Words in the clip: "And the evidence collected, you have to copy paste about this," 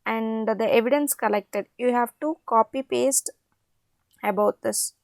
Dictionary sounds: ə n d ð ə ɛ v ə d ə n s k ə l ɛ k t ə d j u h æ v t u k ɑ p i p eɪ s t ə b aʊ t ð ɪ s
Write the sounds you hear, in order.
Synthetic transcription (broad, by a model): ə n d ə ɛ v ə d ə n s k ə l ɛ k t ə d j u h æ v t u k ɑ p i p eɪ s t ə b aʊ t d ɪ s